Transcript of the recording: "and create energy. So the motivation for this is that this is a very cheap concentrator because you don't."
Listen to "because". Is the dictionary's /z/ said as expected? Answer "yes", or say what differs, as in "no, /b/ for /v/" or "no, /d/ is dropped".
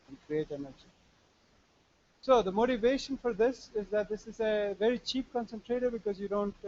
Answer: yes